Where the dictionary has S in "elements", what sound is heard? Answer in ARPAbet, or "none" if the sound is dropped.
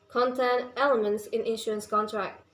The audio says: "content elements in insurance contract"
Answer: S